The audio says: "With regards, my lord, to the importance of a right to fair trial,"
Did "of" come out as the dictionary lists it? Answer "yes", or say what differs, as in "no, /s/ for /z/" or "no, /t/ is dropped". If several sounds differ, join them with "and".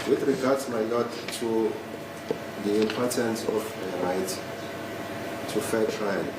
no, /f/ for /v/